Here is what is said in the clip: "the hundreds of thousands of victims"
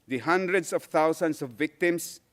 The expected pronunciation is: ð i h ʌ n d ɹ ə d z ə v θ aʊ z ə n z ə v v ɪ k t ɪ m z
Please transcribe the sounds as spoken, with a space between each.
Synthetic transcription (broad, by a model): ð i h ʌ n d ɹ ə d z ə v t aʊ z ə n s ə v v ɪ k t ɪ m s